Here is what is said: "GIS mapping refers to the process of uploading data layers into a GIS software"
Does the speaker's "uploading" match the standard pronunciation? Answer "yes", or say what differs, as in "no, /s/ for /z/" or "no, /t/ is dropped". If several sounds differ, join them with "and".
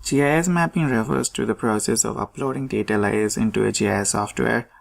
yes